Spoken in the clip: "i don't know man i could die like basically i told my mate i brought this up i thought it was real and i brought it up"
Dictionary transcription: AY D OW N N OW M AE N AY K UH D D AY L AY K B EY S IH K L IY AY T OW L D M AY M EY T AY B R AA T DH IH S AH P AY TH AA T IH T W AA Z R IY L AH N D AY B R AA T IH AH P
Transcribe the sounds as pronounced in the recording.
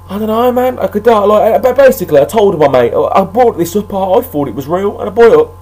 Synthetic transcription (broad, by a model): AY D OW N N OW M AE N AY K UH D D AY L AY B B EY S IH K L IY AY T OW L D M AY M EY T AY B R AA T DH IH S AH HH AY F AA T IH T W AA Z R IY L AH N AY B AA IH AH